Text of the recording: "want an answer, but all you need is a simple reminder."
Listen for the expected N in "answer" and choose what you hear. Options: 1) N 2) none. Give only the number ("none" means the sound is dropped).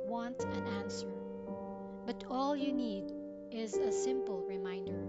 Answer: 1